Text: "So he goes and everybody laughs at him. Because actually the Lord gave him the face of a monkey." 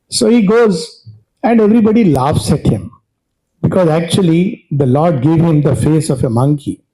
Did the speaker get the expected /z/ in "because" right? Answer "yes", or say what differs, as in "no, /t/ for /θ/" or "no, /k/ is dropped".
yes